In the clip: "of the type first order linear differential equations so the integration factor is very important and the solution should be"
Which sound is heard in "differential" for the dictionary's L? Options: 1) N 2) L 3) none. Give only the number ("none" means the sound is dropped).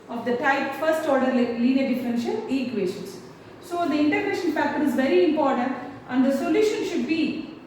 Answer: 1